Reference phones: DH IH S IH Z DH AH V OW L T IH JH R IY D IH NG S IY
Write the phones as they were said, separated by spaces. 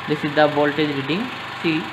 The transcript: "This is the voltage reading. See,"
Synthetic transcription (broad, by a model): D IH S IH Z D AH B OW L T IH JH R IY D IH NG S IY